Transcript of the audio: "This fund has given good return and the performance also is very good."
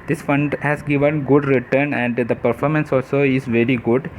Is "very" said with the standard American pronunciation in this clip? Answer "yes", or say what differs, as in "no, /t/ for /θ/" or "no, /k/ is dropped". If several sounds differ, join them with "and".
yes